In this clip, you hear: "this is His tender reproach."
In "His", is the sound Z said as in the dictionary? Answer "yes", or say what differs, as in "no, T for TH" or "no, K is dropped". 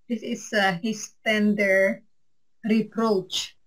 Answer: no, S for Z